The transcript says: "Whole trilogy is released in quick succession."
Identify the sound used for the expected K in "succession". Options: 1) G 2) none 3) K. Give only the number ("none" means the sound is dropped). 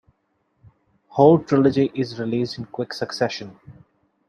3